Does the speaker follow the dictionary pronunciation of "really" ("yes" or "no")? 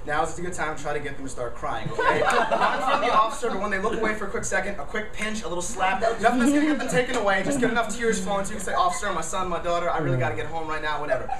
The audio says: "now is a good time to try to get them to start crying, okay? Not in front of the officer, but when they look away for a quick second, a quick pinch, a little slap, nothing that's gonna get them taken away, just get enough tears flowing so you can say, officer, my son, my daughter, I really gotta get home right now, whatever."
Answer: yes